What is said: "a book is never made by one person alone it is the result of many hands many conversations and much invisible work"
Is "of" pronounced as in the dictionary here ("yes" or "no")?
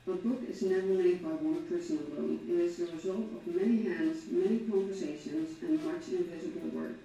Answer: yes